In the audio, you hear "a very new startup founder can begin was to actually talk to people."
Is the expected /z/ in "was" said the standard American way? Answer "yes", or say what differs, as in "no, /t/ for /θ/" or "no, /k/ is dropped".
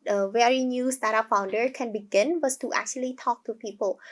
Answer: no, /s/ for /z/